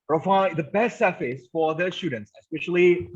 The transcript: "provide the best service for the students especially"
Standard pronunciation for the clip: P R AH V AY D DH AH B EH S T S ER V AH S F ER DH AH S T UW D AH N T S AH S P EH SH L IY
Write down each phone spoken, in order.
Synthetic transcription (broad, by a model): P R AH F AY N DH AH B EH S T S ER F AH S F ER DH AH S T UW D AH N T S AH S P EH SH L IY